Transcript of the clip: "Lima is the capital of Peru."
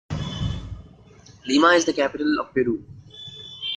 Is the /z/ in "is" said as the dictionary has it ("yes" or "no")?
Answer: yes